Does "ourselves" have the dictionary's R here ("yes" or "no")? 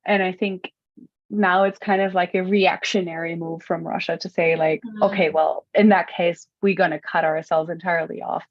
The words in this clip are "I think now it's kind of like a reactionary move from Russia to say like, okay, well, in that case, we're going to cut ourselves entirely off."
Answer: yes